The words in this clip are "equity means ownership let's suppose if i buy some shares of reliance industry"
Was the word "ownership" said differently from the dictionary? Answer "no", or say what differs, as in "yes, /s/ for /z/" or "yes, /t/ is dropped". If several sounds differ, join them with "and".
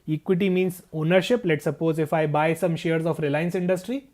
no